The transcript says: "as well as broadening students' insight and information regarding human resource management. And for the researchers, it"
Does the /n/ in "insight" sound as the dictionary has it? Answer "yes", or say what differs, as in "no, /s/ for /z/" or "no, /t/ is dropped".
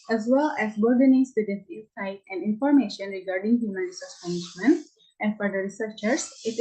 no, /n/ is dropped